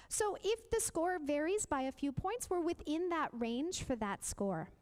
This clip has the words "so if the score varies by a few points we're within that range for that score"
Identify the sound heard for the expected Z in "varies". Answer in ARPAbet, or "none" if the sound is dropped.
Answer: Z